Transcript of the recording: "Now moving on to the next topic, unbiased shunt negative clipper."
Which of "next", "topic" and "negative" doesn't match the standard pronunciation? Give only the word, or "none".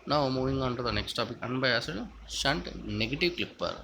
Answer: none